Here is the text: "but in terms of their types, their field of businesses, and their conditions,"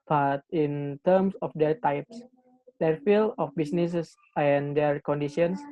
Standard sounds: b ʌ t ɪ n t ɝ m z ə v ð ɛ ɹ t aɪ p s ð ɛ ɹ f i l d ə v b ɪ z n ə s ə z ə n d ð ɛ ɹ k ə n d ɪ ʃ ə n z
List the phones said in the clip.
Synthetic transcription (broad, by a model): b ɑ t ɪ n t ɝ m s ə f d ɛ ɹ t aɪ p s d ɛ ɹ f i l ə f b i s n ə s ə s ə n d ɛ ɹ k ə n d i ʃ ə n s